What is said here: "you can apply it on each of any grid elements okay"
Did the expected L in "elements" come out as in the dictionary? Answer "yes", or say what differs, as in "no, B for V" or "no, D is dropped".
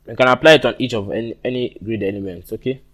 no, N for L